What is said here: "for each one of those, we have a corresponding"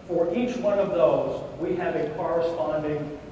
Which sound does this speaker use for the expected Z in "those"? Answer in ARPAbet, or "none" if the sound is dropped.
Z